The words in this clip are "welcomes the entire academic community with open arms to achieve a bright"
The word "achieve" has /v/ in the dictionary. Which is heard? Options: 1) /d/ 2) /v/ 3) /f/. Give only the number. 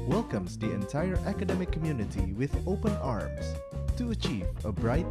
2